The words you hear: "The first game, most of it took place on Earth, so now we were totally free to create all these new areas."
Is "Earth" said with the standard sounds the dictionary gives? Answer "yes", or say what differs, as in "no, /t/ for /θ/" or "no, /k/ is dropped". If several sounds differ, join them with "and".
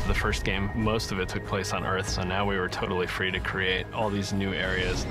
yes